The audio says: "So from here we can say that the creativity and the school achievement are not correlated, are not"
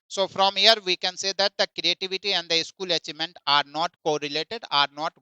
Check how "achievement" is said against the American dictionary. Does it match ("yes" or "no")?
no